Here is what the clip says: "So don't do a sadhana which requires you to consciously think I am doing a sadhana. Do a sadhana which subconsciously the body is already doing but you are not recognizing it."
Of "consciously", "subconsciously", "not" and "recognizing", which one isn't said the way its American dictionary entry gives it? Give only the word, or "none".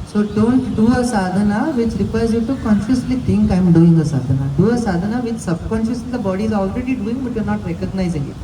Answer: subconsciously